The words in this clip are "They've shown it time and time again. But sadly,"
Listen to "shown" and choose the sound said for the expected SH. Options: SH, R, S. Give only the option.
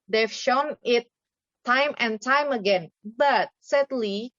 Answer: SH